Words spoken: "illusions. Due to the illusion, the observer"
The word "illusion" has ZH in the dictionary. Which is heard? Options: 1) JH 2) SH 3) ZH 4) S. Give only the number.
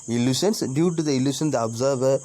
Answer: 2